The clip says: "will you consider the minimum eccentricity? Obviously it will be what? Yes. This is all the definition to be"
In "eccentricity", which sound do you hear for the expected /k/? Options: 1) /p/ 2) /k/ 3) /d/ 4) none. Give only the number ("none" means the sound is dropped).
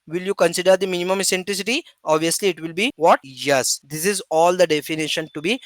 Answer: 4